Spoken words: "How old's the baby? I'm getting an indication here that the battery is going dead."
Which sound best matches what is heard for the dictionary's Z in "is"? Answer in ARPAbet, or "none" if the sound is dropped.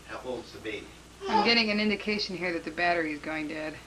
Z